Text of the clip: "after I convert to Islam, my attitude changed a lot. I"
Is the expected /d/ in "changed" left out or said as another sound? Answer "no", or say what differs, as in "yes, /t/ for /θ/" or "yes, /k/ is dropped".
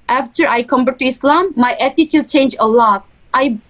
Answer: yes, /d/ is dropped